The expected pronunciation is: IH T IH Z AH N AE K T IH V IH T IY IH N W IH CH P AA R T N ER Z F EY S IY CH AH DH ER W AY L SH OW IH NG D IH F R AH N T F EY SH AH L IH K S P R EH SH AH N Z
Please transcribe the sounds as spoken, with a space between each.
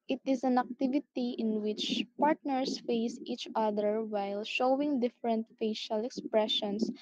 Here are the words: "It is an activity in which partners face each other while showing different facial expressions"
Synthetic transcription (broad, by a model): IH T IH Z AH N AE K T IH V IH T IY IH N W IH CH P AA R T N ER S F EY S IY CH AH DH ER W AY L SH OW IH NG D IH F R AH N T F EY SH AH L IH K S P R EH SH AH N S